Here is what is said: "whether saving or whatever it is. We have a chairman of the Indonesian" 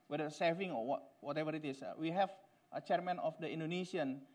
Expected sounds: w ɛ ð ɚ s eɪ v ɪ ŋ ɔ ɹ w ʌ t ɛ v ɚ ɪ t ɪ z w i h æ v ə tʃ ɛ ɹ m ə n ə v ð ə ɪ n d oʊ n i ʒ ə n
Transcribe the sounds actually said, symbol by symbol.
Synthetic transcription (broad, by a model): w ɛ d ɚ s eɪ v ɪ ŋ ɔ w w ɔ t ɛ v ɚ ɪ t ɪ s w i h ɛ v ə tʃ ɛ ɹ m ə n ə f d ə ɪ n d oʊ n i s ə n